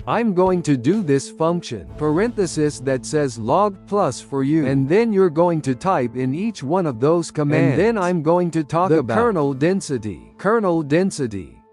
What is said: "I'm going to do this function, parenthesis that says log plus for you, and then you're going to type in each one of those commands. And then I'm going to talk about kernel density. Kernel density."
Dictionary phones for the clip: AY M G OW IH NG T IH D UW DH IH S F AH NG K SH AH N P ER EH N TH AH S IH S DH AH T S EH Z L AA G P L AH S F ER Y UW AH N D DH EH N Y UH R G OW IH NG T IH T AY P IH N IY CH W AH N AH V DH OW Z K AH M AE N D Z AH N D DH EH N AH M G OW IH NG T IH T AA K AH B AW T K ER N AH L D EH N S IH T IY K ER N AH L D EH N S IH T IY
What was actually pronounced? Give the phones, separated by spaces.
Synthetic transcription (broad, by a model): AY M G OW IH NG T IH D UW DH IH S F AH NG K SH AH N P ER EH N TH AH S IH S DH AH T S EH Z L AA G P L AH S F ER Y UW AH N DH EH N Y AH R G OW IH NG T IH T AY P IH N IY CH W AH N AH V DH OW Z K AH M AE N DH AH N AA AH M G OW IH NG T IH T AA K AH IH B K ER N L D EH N S IH T IY K ER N L D EH N S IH T IY